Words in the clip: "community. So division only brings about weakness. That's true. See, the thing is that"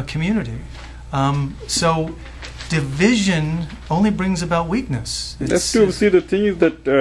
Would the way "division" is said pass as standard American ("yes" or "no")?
yes